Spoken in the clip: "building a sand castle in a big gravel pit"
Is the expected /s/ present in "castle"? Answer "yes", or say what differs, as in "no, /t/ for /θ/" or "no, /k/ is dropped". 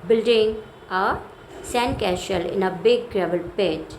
no, /ʃ/ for /s/